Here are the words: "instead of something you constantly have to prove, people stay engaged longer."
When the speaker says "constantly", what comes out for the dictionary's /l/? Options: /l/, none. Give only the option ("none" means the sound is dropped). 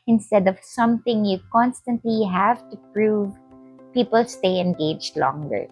/l/